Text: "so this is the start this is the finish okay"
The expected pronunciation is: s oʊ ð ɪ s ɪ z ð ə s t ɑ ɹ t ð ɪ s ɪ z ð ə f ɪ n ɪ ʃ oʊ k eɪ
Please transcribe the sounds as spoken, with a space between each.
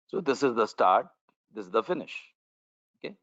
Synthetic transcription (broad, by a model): s oʊ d ɪ s ɪ z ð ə s t ɑ ɹ t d ɪ s ɪ z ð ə f ɪ n ɪ ʃ oʊ k eɪ